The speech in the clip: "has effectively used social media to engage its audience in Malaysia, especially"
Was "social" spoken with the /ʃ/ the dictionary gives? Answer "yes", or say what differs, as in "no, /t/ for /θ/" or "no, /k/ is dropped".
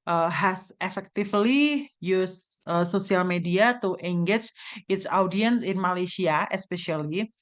no, /s/ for /ʃ/